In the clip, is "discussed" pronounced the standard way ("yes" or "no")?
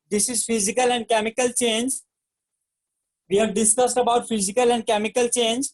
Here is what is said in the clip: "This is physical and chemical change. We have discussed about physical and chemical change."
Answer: yes